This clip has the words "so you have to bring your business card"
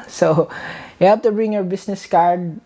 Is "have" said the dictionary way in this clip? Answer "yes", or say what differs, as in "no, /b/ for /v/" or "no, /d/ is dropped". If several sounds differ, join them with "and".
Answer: no, /p/ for /v/